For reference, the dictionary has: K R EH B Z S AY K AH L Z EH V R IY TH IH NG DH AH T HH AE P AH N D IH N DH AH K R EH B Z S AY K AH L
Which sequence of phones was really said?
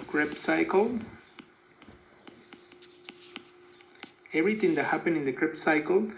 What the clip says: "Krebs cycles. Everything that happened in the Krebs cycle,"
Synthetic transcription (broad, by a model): K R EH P S AY K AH L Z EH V R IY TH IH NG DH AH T HH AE P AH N IH N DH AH K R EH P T S AY K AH L